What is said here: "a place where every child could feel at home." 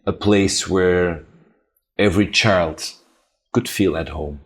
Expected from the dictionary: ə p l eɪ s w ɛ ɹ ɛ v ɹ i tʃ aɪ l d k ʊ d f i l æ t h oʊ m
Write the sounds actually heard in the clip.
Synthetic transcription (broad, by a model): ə p l eɪ s w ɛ ɹ ɛ v ɹ i tʃ aɪ l d k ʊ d f i l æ t h oʊ m